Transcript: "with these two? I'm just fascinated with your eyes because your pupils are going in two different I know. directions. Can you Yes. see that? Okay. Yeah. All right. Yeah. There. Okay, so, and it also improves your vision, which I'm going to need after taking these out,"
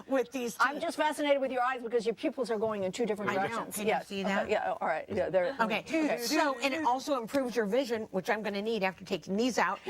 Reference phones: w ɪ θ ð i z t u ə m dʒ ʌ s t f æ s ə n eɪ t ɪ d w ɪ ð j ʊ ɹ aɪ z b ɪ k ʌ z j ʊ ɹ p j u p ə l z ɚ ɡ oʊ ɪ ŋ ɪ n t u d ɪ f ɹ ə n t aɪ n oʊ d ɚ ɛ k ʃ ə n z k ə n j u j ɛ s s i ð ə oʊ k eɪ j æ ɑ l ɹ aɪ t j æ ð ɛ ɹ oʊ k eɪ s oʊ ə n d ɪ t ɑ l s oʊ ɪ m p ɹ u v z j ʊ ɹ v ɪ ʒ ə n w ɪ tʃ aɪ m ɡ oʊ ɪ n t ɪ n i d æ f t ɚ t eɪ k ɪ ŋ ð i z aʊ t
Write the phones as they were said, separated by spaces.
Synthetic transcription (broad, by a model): w ɪ ð i z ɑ ə m dʒ ʌ s t f æ s ə n eɪ t ɪ d w ɪ ð j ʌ ɹ aɪ z b ɪ k ʌ z j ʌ ɹ p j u p l z ɚ ɡ oʊ ɪ ŋ ɪ n t u d ɪ f ɹ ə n aɪ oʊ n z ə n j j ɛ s s i ð ə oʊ j æ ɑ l ɹ aɪ t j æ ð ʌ ɹ oʊ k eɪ s oʊ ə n ɪ t ɑ l s oʊ ɪ m p ɹ u v z j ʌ ɹ v ɪ ʒ ə n w ɪ tʃ aɪ m ɡ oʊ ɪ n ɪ n i d æ f t ɚ t eɪ ɪ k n i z aʊ t